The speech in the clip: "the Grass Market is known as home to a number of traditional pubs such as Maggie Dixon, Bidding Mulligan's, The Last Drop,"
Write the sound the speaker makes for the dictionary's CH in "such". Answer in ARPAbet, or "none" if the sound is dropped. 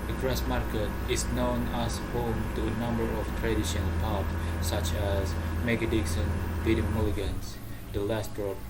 CH